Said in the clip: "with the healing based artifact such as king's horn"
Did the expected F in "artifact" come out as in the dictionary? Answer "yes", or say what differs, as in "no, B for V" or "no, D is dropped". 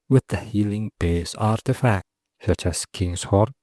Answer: yes